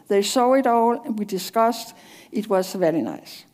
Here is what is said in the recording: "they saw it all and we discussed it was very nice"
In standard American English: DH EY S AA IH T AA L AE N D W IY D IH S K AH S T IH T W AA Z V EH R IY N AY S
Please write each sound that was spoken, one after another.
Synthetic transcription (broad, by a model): DH EY S AA IH T AA L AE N W IY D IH S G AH S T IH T W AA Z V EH L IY N AY S